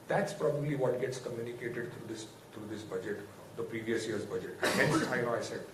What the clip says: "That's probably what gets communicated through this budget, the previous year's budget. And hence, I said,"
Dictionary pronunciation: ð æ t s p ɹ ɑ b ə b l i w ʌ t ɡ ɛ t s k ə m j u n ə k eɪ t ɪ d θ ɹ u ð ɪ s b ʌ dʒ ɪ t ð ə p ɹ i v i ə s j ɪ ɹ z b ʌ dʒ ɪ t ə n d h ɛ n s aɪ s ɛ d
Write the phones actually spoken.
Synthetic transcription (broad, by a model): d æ t s p ɹ ɑ b ə b l i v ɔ t ɡ ɛ t s k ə m j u n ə k eɪ t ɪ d s ɹ u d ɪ s b ʌ dʒ ɪ t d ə p ɹ i v i ə s j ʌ ɹ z b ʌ dʒ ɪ t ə n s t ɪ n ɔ aɪ s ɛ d